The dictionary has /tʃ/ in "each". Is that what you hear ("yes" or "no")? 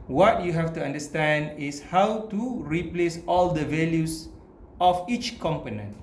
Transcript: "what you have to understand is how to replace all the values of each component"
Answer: yes